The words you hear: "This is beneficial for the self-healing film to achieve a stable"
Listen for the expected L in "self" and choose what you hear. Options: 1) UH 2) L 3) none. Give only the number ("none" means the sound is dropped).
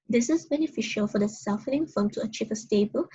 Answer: 3